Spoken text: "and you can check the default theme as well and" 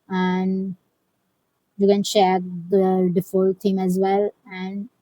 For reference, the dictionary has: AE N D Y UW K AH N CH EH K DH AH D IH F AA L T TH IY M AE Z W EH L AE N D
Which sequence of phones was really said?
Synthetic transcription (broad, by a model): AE N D Y UW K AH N SH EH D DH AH D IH F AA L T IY M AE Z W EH L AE N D